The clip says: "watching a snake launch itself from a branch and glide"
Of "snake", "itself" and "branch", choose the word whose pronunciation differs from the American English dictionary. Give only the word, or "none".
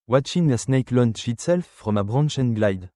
branch